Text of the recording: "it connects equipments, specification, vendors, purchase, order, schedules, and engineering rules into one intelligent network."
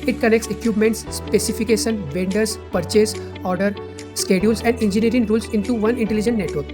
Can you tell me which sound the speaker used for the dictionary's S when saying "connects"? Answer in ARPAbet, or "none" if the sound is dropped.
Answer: S